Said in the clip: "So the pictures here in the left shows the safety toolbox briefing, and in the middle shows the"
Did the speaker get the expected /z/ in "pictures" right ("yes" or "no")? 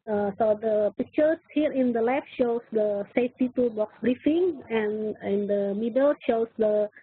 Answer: no